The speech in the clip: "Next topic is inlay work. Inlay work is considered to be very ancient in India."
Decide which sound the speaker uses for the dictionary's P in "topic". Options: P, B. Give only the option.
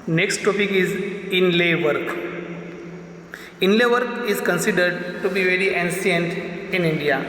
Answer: P